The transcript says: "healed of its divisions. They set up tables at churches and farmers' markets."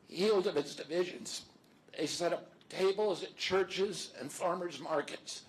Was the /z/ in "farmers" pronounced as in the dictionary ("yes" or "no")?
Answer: yes